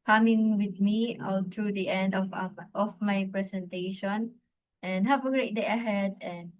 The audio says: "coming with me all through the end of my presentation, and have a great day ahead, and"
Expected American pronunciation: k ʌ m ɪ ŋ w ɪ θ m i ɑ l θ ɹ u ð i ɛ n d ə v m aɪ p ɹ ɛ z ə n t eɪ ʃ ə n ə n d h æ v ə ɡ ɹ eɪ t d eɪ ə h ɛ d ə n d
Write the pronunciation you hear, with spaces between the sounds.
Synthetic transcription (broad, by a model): k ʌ m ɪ ŋ w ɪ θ m i ɑ l t ɹ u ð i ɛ n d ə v m aɪ p ɹ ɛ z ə n t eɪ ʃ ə n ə n h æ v ə ɡ ɹ eɪ t d eɪ ə h ɛ d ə n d